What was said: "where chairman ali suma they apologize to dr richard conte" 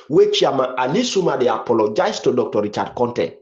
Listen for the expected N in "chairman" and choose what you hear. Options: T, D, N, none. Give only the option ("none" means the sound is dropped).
none